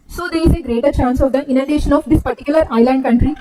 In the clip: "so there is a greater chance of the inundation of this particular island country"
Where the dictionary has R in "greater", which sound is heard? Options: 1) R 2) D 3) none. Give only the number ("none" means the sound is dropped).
1